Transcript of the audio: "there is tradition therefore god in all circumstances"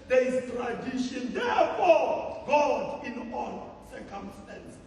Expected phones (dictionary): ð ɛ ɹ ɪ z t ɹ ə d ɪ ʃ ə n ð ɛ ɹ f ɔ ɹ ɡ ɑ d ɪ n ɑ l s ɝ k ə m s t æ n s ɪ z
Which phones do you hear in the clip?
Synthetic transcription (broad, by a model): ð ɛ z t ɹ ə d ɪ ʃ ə n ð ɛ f ɔ ɡ ɑ d ɪ n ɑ n s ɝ k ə m s t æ n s